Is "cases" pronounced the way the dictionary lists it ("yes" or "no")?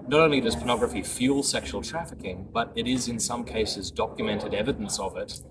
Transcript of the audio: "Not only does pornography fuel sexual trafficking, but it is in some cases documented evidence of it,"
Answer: yes